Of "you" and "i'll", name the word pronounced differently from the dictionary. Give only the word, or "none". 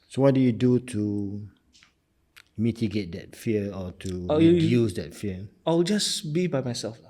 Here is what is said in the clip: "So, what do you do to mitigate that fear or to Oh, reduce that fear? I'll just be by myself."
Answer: i'll